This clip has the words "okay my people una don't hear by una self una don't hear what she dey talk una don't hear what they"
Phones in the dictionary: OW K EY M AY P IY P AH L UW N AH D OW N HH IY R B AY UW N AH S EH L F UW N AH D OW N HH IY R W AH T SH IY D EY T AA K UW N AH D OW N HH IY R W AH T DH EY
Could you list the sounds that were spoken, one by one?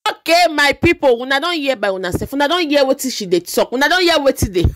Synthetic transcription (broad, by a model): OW K EY M AY P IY P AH W UW N AH D OW N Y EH B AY UW N AH S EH F UW N AH D OW N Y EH W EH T SH IY D EY T AA K UW N AH D OW N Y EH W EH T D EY